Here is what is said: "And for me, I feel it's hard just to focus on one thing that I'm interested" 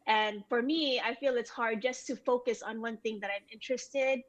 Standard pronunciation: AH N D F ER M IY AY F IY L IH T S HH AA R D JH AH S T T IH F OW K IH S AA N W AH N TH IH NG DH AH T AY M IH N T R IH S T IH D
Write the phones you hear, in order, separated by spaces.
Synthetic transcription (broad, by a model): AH N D F ER M IY AY F IY L IH T S HH AA R D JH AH S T T IH F OW K IH S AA N W AH N TH IH NG DH AH T AY M IH N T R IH S T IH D